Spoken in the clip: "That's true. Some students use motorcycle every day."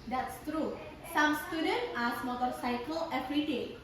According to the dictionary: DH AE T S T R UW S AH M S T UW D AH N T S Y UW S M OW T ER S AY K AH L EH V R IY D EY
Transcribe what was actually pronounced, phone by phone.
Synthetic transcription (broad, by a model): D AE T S T R UW S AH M S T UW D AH N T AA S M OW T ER S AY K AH L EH P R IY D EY